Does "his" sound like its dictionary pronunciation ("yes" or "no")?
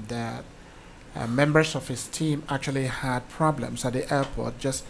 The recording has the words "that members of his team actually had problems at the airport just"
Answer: no